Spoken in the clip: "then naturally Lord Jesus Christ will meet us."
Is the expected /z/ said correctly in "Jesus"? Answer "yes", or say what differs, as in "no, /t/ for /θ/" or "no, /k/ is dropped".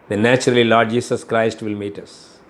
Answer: no, /s/ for /z/